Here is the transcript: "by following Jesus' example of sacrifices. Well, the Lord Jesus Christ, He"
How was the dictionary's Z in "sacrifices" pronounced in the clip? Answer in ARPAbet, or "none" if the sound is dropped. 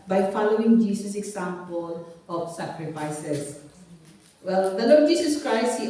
S